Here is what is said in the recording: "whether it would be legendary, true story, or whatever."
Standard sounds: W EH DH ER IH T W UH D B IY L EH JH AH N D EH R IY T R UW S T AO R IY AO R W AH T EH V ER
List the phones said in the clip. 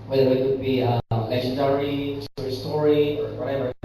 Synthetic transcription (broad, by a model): W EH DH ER IH T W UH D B IY L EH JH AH N D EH R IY S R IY S T AO R IY AO R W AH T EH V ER